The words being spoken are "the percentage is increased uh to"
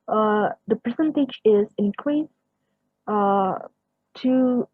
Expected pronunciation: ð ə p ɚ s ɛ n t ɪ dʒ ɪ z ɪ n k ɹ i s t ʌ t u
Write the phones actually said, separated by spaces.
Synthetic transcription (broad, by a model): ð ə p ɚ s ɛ n t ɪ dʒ ɪ z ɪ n k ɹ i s ʌ t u